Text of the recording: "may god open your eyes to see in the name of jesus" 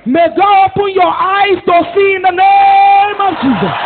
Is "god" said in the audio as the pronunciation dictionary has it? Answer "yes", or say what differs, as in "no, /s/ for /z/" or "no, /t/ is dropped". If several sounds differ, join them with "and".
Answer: no, /d/ is dropped